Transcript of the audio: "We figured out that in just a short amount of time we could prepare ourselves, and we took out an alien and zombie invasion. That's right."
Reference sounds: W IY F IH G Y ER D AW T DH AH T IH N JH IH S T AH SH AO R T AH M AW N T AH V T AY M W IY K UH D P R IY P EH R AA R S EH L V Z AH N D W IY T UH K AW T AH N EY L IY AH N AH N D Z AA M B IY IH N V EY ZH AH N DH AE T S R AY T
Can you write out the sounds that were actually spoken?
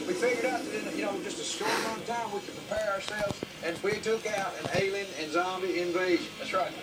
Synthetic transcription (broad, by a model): W IY F IH G Y ER D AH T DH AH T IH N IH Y AH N AO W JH AH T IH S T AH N T AY M W IY K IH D P R IY P EH R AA R S EH L V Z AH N W IY T UH K AW T AH N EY L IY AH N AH N Z AA M B IY IH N V EY ZH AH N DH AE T S R AY T